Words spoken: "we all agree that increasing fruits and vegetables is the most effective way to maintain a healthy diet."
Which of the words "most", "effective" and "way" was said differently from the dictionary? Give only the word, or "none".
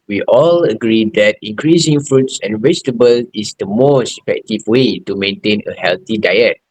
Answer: none